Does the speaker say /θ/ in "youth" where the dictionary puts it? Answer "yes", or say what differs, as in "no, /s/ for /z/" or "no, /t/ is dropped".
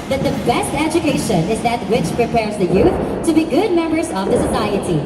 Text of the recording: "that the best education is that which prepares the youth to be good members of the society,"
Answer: yes